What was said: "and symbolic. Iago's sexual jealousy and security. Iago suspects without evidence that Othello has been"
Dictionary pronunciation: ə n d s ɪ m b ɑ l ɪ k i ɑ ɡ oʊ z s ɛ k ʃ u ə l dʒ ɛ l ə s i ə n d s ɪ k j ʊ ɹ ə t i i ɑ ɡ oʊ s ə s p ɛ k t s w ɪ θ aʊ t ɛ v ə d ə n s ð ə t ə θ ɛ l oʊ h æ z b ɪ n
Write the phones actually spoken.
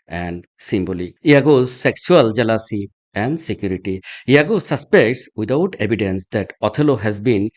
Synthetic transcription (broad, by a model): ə n d s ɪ m b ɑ l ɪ i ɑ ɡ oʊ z s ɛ k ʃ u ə l dʒ ɛ l ə s i ə n d s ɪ k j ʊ ɹ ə t i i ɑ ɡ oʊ s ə s p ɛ k t s w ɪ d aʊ t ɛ b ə d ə n s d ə t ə t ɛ l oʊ h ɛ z b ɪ n